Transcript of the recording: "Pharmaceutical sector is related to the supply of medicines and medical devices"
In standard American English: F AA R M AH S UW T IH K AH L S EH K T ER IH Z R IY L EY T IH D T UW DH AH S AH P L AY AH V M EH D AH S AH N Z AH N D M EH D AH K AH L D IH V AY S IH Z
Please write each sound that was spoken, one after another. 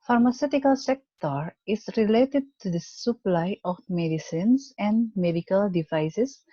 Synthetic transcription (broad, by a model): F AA R M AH S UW T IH K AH L S EH K T ER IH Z R IY L EY T IH D T UW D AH S AH P L AY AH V M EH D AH S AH N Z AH N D M EH D AH K AH L D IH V AY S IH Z